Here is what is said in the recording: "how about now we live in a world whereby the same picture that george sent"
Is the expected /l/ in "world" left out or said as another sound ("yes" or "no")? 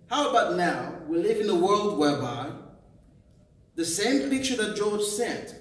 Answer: no